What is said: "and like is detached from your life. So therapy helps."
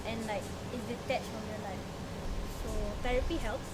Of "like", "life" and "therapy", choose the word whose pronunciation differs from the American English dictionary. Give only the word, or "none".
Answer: therapy